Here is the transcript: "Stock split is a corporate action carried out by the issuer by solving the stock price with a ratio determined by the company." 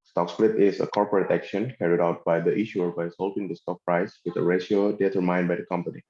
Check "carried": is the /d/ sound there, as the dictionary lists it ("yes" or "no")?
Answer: yes